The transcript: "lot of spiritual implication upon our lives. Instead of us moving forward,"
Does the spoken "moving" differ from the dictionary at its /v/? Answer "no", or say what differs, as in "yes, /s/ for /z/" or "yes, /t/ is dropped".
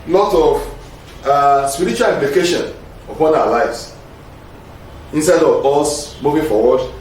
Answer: no